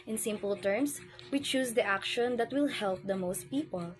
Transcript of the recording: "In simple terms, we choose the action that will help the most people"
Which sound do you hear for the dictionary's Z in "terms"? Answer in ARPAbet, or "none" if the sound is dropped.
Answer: S